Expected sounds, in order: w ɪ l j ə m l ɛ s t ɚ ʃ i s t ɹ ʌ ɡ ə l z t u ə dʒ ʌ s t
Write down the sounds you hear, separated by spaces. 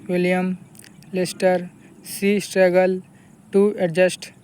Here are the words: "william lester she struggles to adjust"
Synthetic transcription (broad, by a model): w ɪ l j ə m l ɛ s t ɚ s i s t ɹ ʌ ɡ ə l t u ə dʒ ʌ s t